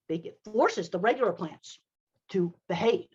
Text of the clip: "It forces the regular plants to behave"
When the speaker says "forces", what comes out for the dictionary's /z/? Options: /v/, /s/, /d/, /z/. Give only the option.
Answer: /z/